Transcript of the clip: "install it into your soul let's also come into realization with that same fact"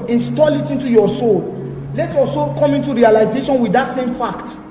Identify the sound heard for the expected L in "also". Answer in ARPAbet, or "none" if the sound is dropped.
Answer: none